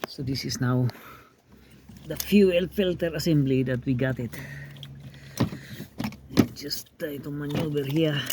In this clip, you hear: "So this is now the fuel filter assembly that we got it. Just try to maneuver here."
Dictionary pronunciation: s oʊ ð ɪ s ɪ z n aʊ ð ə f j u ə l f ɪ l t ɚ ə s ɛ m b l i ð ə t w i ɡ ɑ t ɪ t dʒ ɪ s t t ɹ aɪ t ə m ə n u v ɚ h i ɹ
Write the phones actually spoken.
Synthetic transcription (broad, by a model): s oʊ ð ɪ s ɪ s n aʊ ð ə f j u ə l f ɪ l t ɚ ə s ɛ m b l i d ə t w i ɡ ɑ t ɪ t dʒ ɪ s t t aɪ t ə m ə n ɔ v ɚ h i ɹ